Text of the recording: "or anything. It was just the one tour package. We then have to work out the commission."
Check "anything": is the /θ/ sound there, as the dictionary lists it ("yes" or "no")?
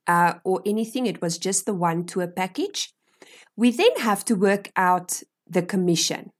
yes